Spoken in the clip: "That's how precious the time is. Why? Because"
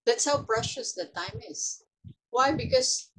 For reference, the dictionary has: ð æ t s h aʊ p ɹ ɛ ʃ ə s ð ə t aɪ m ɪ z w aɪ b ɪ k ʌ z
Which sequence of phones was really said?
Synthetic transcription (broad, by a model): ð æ t s h aʊ b ɹ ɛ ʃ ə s ð ə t aɪ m ɪ z w aɪ b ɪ k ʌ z